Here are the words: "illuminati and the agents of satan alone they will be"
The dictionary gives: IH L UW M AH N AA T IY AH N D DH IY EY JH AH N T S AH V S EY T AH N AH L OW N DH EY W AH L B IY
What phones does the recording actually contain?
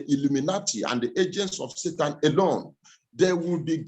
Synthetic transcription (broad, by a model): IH L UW M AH N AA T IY AH N D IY EY JH AH N T S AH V S EY T AH N AH L OW N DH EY W AH L B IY